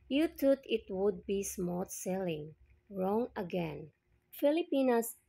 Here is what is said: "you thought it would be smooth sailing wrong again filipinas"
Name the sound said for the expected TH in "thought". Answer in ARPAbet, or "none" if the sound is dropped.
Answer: T